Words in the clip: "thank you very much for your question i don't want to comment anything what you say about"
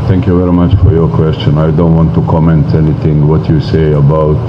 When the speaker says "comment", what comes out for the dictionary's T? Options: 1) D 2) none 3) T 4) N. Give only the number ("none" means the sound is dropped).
3